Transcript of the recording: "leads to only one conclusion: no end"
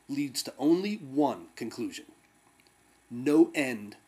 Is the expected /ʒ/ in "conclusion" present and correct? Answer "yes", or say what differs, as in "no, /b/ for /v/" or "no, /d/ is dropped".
yes